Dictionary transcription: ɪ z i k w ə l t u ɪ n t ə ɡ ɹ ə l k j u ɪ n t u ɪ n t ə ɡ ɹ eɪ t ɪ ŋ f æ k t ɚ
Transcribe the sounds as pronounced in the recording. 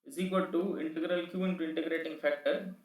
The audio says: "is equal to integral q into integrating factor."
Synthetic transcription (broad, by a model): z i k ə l t u ɪ n t ə ɡ ɹ ə l k j u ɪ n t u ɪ n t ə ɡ ɹ eɪ t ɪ ŋ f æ k t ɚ